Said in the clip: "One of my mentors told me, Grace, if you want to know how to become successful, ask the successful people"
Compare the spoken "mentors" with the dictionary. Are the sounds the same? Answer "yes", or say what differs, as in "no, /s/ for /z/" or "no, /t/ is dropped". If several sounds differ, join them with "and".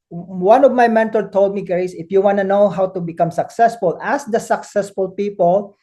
no, /z/ is dropped